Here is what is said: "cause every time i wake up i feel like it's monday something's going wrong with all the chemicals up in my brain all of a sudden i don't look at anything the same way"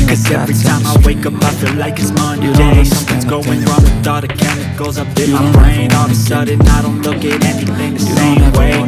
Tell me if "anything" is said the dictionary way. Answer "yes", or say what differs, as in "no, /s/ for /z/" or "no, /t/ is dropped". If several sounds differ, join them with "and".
yes